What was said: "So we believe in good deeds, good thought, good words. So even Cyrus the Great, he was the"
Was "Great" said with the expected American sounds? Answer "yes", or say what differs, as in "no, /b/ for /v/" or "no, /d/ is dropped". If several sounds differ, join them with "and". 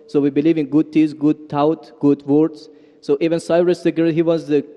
no, /ɹ/ is dropped